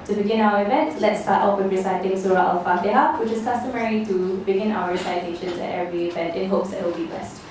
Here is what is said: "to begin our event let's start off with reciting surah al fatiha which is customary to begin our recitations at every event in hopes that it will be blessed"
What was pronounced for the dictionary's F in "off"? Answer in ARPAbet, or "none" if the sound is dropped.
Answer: P